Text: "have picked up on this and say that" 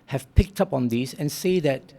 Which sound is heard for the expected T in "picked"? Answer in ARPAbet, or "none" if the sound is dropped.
T